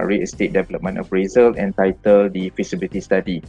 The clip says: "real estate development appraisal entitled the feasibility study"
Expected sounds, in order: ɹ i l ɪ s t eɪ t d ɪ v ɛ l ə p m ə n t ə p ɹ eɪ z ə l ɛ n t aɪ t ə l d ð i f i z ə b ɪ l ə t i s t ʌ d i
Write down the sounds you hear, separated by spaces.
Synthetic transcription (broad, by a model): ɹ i ɪ s t eɪ t d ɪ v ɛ l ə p m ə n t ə f ɹ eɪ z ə l ɛ n t aɪ t ə l d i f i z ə b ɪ l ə t i s t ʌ d i